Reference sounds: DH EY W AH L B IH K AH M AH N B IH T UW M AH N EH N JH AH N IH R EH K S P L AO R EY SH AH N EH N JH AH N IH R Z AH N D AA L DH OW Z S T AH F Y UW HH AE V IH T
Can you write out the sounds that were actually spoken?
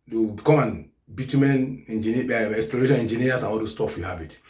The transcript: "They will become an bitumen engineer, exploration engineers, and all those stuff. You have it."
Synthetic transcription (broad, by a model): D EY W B K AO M AH N B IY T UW M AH N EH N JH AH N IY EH EH K S P L AO R EY SH AH N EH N JH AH N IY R S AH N AA L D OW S T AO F Y UW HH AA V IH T